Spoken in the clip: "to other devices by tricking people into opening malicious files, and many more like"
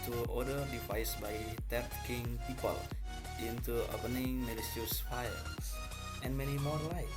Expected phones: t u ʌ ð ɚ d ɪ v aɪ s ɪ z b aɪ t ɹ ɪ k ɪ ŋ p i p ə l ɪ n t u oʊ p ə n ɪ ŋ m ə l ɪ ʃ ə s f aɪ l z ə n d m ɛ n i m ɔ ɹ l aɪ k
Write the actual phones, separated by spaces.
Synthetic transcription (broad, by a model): t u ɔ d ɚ d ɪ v aɪ s b aɪ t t k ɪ ŋ p i p ə l ɪ n t u oʊ p ə n ɪ ŋ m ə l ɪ s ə s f aɪ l s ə n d m ɛ n i m ɔ ɹ l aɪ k